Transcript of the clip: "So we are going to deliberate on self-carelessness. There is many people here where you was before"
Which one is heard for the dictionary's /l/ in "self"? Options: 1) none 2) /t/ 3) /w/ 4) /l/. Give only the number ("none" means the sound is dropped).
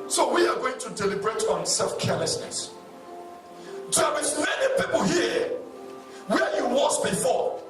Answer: 4